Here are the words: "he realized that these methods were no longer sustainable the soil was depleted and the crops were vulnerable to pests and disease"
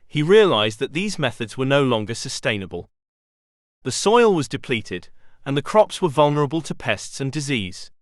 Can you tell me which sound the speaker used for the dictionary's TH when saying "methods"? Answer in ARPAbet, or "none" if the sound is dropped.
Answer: TH